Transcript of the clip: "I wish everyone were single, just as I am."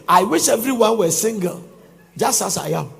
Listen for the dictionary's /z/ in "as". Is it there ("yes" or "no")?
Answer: no